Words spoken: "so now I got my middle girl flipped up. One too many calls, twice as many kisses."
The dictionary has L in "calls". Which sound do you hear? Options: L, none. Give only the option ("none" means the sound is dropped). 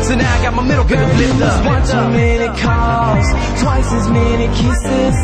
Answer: none